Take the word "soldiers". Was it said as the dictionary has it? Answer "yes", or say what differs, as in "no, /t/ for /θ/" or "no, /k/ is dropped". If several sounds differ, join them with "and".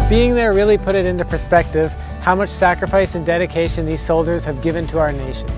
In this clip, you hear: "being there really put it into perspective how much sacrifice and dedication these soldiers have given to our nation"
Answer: yes